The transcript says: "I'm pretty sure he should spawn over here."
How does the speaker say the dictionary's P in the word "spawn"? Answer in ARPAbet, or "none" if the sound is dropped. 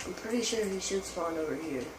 F